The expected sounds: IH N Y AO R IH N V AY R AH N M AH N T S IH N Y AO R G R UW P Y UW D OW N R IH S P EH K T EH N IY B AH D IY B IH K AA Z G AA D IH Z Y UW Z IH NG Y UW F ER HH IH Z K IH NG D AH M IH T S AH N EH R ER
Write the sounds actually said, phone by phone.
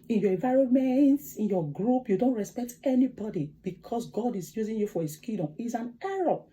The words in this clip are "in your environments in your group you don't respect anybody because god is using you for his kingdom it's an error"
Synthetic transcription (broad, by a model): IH N Y AO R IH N V AY R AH N M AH N T S IH N Y AO G R UW P Y UW D OW N R IH S P EH K T EH N IY B AH D IY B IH K AA S G AA D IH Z Y UW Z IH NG Y UW F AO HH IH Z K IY D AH M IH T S AH N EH R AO